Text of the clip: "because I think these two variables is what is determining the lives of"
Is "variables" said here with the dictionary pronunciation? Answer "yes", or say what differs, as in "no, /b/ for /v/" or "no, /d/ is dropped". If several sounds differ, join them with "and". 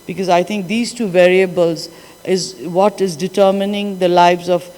yes